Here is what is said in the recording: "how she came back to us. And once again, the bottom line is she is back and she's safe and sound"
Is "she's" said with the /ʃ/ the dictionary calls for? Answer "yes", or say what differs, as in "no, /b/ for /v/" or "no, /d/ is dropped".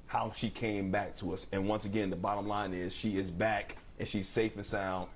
yes